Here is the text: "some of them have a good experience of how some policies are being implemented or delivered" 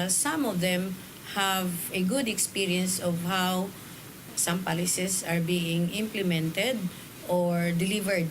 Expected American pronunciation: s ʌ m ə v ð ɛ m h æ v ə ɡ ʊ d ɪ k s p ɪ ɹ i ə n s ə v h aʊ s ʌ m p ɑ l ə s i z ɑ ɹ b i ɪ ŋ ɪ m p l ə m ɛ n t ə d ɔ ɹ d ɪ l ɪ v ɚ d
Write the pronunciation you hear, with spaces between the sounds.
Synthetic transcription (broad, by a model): s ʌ m ə v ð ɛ m h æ v ə ɡ ʊ d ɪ k s p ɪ ɹ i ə n s ə v h aʊ s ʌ m p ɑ l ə s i s ɑ ɹ b i ɪ ŋ ɪ m p l ə m ɛ n t ə d ɔ ɹ d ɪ l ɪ v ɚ d